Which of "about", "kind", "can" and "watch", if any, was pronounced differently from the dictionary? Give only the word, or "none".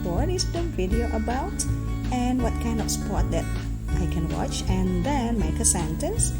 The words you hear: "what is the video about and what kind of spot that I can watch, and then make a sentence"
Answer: none